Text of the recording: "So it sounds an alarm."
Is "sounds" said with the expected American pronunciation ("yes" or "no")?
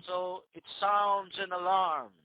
yes